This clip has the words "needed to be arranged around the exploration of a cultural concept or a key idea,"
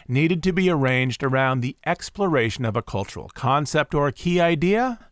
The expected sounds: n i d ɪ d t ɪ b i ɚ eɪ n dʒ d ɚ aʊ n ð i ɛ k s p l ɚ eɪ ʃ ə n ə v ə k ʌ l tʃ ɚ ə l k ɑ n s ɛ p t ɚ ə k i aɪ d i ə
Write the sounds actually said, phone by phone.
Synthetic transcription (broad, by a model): n i d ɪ d t ɪ b i ɚ eɪ n dʒ d ɚ aʊ n ð i ɛ k s p l ɚ eɪ ʃ ə n ə v ə k ʌ l tʃ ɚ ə l k ɑ n s ɛ p t ɚ ə k i aɪ d i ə